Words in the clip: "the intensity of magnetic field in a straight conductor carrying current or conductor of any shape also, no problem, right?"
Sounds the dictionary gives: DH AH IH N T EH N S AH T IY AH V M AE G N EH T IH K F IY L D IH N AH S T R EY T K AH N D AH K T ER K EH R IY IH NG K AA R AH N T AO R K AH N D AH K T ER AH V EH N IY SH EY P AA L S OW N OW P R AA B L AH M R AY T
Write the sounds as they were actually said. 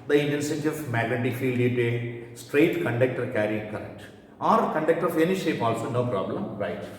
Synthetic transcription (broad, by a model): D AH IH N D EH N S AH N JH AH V M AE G L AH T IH F IY L D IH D AH S T R EY T K AH N D AH K T ER K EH R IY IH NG K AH R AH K T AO R K AH N D AH K T ER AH F EH N IY SH EY P AA L S OW N OW P R AA B L AH M R AY T